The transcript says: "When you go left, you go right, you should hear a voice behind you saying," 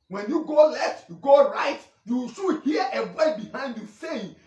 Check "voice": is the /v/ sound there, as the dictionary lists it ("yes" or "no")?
no